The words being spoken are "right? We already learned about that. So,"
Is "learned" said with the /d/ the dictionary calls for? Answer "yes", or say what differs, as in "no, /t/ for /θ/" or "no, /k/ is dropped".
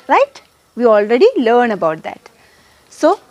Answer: no, /d/ is dropped